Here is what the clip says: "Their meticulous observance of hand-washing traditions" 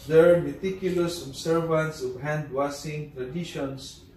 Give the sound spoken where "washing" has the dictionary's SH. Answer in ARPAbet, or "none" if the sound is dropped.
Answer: S